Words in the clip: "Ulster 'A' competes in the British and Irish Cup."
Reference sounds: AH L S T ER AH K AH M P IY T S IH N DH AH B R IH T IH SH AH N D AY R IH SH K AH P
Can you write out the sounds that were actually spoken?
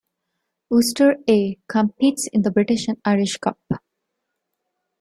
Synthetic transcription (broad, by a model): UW S T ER AH K AH M P IY T S IH N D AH B R IH T IH SH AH N AY R IH SH K AH P